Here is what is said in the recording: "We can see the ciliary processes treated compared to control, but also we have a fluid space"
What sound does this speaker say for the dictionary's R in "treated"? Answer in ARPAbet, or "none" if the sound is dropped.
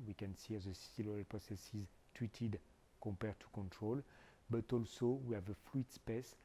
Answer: W